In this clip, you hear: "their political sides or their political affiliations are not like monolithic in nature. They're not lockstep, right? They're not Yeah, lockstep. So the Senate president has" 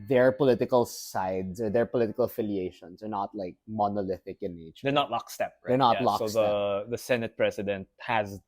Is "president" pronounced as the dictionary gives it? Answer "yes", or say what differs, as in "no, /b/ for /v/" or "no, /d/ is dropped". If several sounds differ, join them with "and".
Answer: no, /s/ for /z/